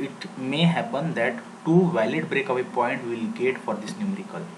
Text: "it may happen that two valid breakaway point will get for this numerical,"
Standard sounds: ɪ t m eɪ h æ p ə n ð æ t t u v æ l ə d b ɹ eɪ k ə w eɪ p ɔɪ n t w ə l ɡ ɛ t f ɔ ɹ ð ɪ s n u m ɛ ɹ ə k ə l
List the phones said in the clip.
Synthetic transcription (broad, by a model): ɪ t m eɪ h æ p ə n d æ t t u v æ l ə d b ɹ eɪ k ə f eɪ p ɔɪ n t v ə l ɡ ɛ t f ɔ ɹ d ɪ s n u m ɹ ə k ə l